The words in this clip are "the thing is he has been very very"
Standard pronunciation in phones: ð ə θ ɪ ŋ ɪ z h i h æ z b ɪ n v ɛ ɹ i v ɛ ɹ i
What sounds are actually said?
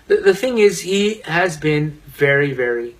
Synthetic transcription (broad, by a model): ð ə θ ɪ ŋ ɪ z h i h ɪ z b ɪ n v ɛ ɹ i v ɛ ɹ i